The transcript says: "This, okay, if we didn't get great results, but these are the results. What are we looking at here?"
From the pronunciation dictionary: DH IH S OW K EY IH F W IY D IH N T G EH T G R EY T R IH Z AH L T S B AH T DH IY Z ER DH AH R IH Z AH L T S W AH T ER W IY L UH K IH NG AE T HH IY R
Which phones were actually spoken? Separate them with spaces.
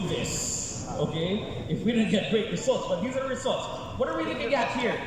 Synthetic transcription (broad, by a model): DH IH S OW K EY IH F W IY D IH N G EH T G R EY T R IH Z AH L T S B AH T DH IY Z ER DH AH R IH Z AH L T S W AH T ER W IY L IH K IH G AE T HH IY R